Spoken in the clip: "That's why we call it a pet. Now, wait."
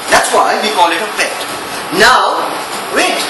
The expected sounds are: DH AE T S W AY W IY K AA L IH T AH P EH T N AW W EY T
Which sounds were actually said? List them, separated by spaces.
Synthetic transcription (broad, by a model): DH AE T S W AY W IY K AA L IH T AH F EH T N AW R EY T